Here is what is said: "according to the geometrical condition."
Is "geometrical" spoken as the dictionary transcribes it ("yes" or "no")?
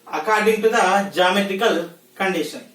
no